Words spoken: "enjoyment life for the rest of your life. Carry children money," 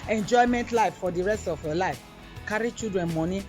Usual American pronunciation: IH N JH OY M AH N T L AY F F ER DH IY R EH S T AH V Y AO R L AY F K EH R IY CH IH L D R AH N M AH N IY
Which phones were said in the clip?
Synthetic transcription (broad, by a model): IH N JH OY M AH N T L AY F F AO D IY R EH S T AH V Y AO L AY F K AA R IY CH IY D R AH N M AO N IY